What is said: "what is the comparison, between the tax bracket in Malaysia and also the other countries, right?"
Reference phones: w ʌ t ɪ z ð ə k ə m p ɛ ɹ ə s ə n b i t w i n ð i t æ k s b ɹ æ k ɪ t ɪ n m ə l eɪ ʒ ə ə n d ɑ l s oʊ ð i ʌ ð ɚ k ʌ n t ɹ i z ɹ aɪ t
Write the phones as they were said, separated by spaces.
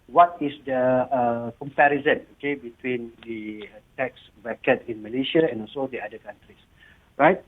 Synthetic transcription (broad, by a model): w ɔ t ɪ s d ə k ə m p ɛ ɹ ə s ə n b i t w i n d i t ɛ k s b ɛ k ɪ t ɪ n m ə l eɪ ʃ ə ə n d ɑ l s oʊ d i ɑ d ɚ k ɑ n t ɹ i s ɹ aɪ t